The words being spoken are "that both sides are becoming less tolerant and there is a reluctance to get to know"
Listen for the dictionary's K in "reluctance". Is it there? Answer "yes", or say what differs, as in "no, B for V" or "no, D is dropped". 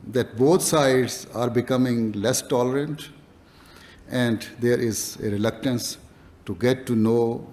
yes